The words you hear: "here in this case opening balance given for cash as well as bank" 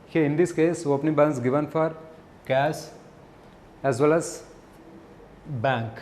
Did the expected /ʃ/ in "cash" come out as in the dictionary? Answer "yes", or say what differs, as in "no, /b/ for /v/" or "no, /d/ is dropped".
no, /s/ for /ʃ/